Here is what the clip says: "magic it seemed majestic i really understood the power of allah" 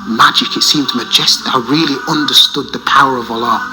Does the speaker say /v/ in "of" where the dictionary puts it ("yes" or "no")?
yes